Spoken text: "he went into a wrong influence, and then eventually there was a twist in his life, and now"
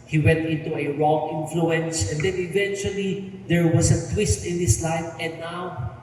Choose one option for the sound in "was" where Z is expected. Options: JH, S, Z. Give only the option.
S